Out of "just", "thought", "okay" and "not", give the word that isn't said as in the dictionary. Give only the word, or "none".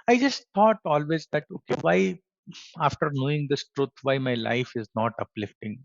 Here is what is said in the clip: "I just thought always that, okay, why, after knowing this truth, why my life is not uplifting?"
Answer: thought